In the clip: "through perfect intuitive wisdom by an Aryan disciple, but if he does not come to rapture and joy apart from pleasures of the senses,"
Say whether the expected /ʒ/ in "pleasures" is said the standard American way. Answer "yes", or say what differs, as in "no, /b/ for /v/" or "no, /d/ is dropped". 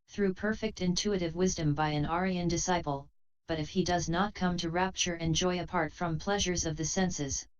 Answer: yes